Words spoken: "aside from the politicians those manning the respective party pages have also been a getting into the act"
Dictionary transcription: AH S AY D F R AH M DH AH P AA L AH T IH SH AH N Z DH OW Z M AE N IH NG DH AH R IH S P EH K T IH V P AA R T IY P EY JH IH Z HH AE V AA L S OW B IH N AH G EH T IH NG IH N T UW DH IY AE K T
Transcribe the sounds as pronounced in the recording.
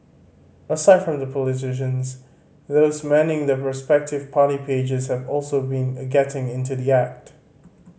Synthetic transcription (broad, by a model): AH S AY D F R AH M DH AH P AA L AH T IH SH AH N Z DH OW Z M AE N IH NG DH AH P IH S P EH K T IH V P AA R T IY P EY JH IH Z HH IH V AA L S OW B IH N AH G EH T IH NG IH N T UW DH IY AE K T